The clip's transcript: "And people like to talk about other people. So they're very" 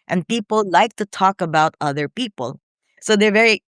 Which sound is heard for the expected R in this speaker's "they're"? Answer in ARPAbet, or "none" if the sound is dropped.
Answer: R